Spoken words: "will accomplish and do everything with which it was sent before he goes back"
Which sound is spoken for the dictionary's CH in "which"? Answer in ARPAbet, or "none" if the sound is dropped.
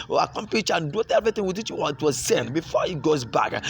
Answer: none